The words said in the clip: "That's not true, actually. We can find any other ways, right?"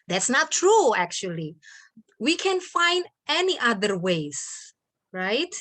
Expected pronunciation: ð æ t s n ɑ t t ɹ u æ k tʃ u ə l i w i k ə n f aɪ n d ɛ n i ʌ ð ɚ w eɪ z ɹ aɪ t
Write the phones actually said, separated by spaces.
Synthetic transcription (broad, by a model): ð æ t s n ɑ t t ɹ u æ k tʃ u ə l i w i k ə n f aɪ n d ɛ n i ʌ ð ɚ w eɪ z ɹ aɪ t